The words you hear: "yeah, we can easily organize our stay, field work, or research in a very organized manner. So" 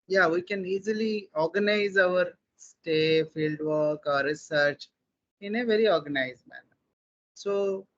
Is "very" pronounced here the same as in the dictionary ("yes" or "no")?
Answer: yes